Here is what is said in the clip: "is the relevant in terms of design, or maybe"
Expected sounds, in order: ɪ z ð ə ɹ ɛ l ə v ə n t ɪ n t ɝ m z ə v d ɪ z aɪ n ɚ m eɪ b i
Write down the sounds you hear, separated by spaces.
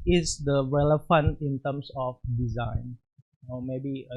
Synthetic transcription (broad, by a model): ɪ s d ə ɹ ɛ l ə f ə n ɪ n t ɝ m s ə f d ɪ z aɪ n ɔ m eɪ b i